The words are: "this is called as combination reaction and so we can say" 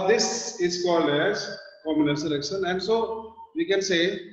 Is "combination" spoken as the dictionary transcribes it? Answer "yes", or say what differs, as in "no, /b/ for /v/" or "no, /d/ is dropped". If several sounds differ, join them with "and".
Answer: no, /b/ is dropped